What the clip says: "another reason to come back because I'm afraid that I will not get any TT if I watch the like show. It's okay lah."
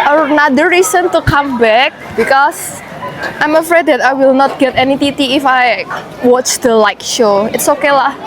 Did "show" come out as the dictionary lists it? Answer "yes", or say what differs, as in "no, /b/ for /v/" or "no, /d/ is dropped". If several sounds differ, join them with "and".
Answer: yes